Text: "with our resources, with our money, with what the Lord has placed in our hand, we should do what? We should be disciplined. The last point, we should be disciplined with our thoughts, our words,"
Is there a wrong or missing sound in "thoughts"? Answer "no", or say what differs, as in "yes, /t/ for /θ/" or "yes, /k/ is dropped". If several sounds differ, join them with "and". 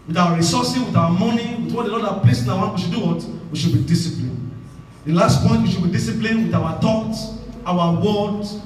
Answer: yes, /t/ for /θ/ and /s/ is dropped